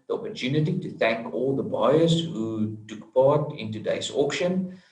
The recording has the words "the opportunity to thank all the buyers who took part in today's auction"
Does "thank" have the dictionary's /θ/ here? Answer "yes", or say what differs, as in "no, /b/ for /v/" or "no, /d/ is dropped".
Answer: yes